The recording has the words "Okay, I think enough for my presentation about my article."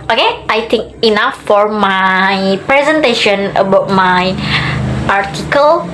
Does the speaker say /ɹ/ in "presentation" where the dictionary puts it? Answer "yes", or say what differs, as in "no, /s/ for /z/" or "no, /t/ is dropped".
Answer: yes